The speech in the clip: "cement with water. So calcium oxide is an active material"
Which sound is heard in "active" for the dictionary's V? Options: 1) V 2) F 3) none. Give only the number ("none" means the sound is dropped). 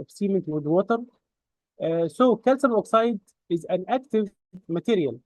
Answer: 1